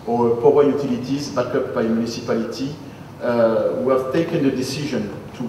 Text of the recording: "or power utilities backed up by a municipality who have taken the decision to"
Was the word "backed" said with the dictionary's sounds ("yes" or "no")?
no